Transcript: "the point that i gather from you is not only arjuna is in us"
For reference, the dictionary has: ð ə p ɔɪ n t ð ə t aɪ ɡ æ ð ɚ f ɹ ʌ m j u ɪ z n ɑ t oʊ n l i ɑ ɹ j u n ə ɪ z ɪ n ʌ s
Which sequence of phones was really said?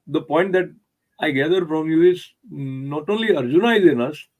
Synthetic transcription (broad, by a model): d ə p ɔɪ n t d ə t aɪ ɡ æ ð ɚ f ɹ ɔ m j u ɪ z n ɑ t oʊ l i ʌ ɹ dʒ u n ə ɪ z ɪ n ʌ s